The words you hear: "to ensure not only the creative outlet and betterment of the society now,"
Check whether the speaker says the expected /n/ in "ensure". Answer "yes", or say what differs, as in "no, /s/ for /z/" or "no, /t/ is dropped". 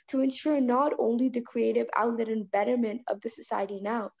yes